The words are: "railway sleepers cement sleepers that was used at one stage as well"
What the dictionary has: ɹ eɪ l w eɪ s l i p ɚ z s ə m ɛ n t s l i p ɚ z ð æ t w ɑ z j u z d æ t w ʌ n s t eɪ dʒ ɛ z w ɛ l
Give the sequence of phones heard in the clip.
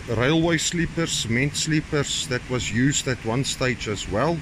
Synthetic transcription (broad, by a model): ɹ eɪ l w eɪ s l i p ɚ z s m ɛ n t s l i p ɚ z ð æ t w ɑ z j u z d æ t w ʌ n s t eɪ dʒ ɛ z w ɛ l